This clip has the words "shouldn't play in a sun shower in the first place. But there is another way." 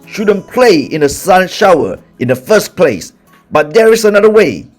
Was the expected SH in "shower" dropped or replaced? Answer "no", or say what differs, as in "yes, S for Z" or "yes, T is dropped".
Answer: no